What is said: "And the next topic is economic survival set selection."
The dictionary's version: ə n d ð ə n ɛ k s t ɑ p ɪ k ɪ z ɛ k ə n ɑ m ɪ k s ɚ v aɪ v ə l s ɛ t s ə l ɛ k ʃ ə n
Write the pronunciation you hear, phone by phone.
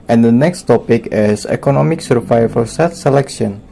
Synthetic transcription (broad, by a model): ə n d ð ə n ɛ k s t ɑ p ɪ k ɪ s ɛ k ə n ɑ m ɪ k s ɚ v aɪ f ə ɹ s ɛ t s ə l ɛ k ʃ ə n